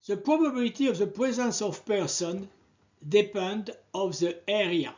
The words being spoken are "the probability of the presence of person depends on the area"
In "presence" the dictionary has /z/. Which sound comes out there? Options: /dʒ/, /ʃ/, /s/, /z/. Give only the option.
/z/